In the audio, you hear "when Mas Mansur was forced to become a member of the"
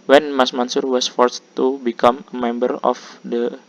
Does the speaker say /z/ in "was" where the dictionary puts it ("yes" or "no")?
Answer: no